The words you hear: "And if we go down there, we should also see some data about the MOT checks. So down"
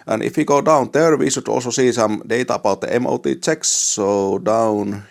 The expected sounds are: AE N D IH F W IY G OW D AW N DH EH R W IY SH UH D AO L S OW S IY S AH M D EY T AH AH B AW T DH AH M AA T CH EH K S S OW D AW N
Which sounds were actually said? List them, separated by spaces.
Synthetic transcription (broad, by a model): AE N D IH F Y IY G OW D AW N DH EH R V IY S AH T AO L S OW S IY S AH M D EY T AH AH B AW T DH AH M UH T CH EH K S S OW D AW N